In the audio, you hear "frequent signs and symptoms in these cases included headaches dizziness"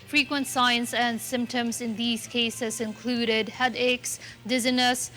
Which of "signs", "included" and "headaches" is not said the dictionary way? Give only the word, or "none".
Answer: signs